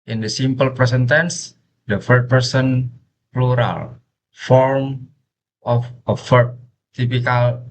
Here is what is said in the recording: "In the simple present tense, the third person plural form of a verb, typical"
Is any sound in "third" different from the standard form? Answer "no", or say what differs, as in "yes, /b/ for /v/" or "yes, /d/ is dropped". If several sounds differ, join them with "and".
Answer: yes, /f/ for /θ/